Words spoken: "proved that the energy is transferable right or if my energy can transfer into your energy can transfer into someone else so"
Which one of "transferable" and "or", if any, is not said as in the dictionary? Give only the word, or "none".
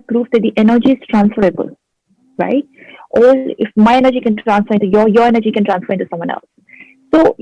or